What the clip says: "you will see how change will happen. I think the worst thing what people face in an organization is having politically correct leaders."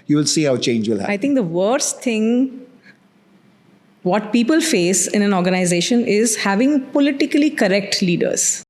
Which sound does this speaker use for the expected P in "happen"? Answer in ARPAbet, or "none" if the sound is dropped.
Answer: none